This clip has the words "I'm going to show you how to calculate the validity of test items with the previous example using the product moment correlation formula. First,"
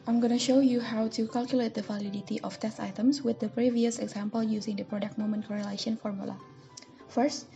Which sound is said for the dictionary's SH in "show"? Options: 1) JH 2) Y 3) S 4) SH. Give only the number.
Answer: 4